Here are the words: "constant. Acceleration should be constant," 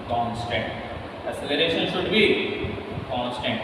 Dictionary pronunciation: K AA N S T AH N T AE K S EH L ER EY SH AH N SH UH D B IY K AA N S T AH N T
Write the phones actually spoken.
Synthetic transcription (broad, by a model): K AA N S T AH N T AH S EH L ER EY SH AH N SH UH D B IY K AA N S T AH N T